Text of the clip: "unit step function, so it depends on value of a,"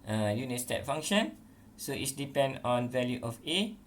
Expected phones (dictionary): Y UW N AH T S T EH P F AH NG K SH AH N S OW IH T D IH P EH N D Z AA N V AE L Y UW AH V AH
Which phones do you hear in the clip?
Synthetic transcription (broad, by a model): Y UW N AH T S T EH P F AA NG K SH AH N S OW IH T D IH P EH N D AA N V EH L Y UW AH F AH